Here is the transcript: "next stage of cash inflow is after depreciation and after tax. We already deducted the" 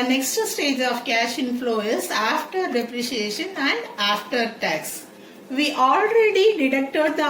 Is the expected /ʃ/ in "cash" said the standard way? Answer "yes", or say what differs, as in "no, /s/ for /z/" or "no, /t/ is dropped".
yes